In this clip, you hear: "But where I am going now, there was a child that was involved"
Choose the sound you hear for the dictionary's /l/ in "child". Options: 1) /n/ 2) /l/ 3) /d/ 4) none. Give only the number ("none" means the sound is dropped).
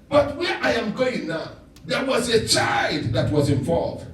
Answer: 2